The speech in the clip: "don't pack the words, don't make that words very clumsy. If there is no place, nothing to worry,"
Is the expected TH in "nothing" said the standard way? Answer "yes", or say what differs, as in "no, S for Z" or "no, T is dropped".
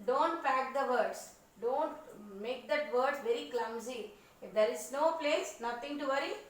no, T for TH